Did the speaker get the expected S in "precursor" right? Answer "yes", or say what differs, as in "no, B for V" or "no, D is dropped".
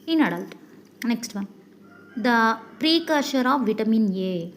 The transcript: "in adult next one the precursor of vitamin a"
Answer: no, SH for S